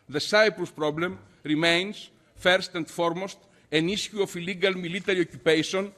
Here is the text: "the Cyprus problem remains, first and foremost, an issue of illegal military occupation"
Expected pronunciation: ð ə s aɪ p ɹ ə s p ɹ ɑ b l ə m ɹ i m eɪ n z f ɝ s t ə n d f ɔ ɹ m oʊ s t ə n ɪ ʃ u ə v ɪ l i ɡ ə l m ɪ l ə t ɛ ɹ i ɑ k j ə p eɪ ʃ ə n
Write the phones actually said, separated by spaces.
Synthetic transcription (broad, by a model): ð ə s aɪ p ɹ ə s p ɹ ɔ b l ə m ɹ i m eɪ n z f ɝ s t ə n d f ɔ ɹ m oʊ s t ə n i s u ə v ɪ l i ɡ ə l m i l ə t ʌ ɹ i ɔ k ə p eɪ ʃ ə n